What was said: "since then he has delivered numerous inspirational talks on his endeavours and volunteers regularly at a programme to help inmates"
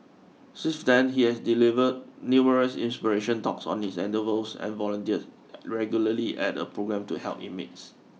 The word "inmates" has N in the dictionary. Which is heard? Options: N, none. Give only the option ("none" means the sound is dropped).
none